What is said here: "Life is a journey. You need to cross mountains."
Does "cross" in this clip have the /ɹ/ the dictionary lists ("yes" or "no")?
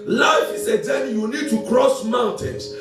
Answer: yes